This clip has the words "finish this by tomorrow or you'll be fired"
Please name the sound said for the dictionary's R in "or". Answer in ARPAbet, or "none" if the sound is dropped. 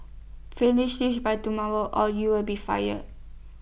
L